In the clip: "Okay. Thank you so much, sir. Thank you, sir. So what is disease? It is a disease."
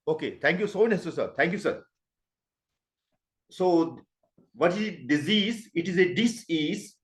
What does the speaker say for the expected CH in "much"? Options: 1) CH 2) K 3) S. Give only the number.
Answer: 3